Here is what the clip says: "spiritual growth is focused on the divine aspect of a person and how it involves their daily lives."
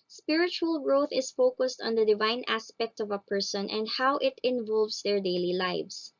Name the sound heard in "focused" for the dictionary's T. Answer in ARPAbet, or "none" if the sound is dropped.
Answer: T